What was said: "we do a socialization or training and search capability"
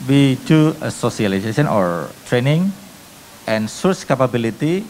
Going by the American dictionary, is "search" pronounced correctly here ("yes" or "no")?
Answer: no